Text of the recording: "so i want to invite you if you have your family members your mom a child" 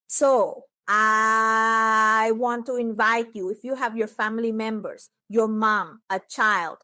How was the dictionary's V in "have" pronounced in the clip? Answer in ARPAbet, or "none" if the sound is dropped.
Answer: V